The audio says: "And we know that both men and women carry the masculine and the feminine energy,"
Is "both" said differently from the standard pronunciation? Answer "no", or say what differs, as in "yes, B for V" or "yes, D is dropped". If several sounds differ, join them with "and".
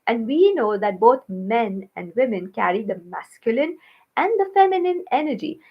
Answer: yes, T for TH